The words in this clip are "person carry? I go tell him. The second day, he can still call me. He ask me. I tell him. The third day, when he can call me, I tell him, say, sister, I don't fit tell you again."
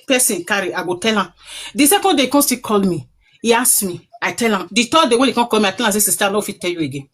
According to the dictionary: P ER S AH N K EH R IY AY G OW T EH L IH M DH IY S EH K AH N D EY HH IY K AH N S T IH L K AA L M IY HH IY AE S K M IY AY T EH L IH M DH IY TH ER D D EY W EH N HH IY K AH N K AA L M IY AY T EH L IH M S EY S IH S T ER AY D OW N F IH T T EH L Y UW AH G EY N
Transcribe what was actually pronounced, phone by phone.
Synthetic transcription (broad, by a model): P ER S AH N K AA R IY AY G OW T EH L IH M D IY S EH K AH N D EY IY K AH N S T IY K AA L M IY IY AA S M IY AY T EH L IH M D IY T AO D D EY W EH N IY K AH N K AA L M IY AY T EH L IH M S EY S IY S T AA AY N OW F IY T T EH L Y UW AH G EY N